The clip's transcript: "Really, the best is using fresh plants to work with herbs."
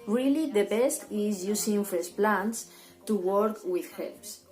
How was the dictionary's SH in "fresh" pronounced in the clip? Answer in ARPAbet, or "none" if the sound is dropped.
S